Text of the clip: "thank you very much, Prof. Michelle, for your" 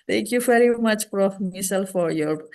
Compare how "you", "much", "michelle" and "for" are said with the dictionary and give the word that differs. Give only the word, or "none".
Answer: michelle